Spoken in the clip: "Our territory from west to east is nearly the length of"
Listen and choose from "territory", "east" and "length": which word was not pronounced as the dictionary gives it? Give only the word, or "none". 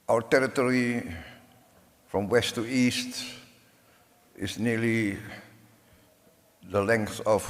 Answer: none